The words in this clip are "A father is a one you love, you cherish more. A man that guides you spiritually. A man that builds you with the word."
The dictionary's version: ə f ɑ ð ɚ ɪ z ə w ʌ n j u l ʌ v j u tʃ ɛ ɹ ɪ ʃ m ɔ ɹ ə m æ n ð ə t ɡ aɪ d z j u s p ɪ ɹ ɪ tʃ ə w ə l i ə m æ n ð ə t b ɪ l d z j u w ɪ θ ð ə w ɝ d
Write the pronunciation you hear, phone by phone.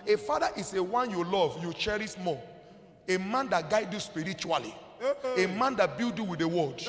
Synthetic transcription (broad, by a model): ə f ɑ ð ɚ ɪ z ə w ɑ n j u l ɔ v j u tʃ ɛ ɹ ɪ s m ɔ ə m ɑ n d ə t ɡ aɪ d j u s p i ɹ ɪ tʃ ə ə l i ə m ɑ n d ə t b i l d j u w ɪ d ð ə w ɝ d